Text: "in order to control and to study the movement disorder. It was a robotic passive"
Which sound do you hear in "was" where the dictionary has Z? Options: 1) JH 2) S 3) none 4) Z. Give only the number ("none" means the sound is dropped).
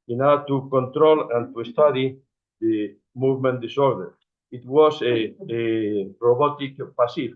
2